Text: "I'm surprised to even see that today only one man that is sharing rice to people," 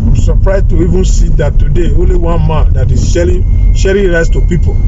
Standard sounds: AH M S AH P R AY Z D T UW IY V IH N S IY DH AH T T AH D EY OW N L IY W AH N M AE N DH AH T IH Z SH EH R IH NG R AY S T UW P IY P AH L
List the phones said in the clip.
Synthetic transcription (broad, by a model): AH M S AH P R AY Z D T UW IY V IH N S IY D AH T T AH D EY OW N L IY W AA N M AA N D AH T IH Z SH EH R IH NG R AY S T UW P IY P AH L